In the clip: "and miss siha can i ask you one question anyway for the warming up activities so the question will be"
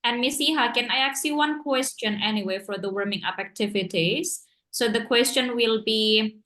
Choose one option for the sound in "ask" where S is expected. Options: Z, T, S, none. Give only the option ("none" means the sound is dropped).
none